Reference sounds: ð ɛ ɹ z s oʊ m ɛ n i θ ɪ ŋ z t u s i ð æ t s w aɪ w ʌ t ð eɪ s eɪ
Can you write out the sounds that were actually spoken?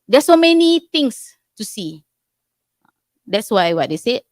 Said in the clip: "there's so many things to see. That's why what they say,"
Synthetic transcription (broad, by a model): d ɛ s oʊ m ɛ n i t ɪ ŋ s t u s i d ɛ t s w aɪ w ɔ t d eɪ s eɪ